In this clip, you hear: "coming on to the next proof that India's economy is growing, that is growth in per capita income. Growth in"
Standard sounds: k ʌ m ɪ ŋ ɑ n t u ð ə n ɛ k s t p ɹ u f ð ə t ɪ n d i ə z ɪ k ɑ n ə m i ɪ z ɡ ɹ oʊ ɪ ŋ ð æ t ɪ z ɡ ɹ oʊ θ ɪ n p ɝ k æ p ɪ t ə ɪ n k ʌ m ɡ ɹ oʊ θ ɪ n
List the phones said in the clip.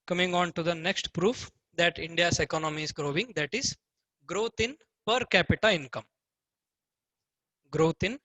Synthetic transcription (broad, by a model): k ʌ m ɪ ŋ ɑ n t u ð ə n ɛ k s t p ɹ u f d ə t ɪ n d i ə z ɪ k ɑ n ə m i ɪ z ɡ ɹ oʊ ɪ ŋ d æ t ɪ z ɡ ɹ oʊ t ɪ n p ɝ k æ p ɪ t ə ɪ n k ʌ m ɡ ɹ oʊ t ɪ n